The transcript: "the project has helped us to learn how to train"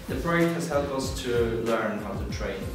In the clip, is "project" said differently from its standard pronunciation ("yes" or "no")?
yes